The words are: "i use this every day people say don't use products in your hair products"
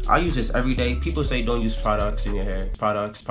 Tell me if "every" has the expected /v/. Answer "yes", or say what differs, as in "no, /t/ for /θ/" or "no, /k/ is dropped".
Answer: yes